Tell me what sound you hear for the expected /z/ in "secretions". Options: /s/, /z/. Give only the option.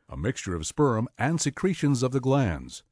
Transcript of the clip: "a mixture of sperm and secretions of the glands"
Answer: /z/